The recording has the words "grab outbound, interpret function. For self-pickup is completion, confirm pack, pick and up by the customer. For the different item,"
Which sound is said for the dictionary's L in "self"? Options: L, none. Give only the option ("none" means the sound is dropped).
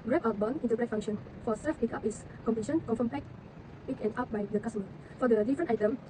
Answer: none